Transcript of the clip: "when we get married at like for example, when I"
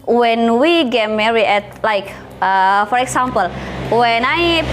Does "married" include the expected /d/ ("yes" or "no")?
no